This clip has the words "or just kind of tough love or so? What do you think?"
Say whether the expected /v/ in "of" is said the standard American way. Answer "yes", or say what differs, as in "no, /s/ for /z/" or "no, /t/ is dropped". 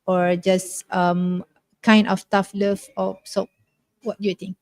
no, /f/ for /v/